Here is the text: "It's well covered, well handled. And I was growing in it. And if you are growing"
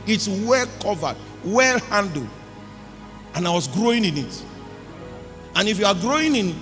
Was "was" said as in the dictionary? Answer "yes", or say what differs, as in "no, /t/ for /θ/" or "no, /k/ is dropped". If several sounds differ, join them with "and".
no, /s/ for /z/